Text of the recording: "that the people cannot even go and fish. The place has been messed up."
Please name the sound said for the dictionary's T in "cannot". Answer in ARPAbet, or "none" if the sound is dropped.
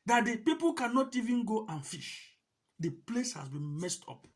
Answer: T